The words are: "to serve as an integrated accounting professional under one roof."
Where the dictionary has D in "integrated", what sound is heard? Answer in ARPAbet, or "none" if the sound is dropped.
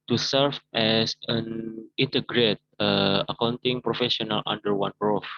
none